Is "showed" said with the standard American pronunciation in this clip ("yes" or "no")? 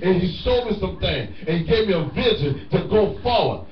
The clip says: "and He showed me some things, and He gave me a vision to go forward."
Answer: no